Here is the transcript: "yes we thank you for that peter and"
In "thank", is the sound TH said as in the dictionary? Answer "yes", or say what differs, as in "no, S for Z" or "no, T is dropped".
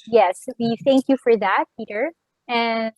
yes